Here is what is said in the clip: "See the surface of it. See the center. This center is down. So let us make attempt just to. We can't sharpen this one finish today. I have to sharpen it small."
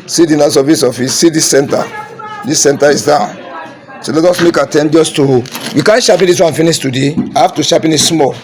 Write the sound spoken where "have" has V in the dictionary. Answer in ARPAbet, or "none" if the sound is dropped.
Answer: F